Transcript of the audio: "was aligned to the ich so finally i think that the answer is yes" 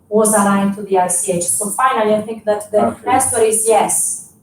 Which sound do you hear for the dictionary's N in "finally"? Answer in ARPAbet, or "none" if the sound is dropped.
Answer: N